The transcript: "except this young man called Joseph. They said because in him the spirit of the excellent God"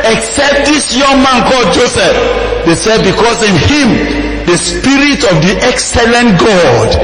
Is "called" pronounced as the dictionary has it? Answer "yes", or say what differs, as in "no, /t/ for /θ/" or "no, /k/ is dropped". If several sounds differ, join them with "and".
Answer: no, /l/ is dropped